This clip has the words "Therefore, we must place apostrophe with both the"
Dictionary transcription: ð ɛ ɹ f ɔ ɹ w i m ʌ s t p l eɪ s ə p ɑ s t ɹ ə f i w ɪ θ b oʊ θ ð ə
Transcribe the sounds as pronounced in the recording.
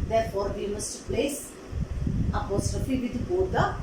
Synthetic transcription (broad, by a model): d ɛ ɹ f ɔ ɹ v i m ʌ s t p l eɪ s ə p ɑ s t ɹ ə f i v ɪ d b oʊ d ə